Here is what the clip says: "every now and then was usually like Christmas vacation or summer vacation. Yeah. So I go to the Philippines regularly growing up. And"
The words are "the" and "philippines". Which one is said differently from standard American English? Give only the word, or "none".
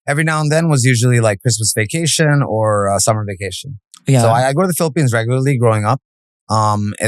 none